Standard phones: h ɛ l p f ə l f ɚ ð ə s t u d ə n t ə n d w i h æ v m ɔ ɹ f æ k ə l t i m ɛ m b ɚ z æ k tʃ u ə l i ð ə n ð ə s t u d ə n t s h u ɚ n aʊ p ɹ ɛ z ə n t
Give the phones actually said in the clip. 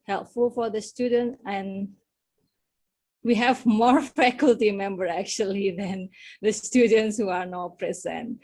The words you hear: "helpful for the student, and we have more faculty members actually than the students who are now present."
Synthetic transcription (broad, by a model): h ɛ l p f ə l f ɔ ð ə s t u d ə n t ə n w i h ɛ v m ɔ ɹ f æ k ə l t i m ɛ m b ɚ æ k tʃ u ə l i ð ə n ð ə s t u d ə n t s h u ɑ n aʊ p ɹ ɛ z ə n t